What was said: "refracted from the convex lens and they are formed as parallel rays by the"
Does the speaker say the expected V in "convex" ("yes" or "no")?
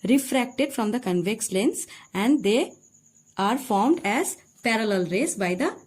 yes